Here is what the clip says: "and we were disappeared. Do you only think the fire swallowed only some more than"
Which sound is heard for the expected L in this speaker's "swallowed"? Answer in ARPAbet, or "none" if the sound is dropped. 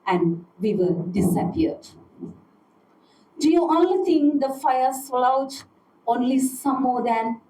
none